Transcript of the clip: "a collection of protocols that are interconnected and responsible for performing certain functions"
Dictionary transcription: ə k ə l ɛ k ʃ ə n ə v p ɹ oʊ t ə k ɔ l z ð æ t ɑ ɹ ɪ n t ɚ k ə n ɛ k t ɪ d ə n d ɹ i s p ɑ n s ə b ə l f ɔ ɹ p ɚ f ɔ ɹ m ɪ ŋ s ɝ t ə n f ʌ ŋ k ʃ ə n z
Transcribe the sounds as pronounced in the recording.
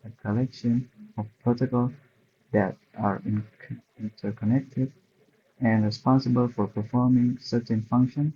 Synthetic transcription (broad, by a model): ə k ə l ɛ k ʃ ə n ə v p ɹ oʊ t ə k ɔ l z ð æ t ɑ ɹ ɪ n t ɚ k ə n ɛ k t ɪ d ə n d ɹ i s p ɑ n s ə b ə l f ɔ ɹ p ɚ f ɔ ɹ m ɪ ŋ s ɝ t ə n f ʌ ŋ k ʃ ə n